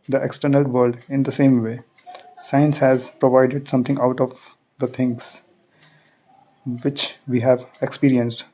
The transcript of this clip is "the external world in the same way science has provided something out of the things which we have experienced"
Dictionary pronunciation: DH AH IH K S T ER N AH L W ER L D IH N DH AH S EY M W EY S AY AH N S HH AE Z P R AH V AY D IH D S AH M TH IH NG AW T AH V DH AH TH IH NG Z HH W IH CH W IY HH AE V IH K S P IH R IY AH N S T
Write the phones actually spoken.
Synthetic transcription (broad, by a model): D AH IH K S T ER N AH L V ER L D IH N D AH S EY M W EY S AY AH N S HH AE Z P R AH V AY D IH D S AH M T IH NG AW T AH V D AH T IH NG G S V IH CH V IY HH AE V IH K S P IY R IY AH N S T